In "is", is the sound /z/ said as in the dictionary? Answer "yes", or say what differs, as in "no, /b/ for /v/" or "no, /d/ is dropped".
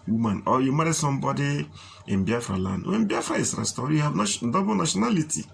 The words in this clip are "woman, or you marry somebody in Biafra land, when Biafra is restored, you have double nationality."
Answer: no, /s/ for /z/